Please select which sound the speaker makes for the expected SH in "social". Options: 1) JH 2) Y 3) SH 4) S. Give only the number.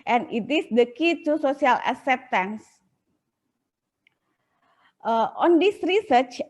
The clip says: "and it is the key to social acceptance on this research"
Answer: 4